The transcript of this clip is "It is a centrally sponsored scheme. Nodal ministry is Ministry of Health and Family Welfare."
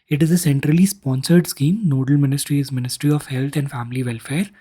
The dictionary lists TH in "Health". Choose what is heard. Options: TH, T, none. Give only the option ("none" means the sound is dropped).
T